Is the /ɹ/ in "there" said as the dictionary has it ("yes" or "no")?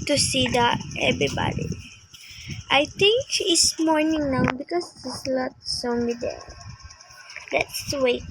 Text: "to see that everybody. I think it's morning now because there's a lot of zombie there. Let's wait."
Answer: no